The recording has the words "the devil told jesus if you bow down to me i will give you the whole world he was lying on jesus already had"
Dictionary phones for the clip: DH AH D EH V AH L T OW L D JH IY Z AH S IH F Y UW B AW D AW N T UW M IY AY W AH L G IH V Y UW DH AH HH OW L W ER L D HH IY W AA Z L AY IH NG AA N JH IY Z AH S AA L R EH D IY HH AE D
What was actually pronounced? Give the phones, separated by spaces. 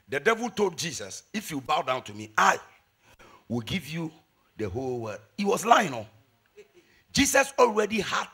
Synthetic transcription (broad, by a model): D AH D EH V AH L T OW L D JH IY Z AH S IH F Y UW B AW D AW N T UW M IY AY W AH L G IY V Y UW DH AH HH OW L W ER D HH IY W AA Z L AY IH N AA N JH IY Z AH S AA L R EH D IY HH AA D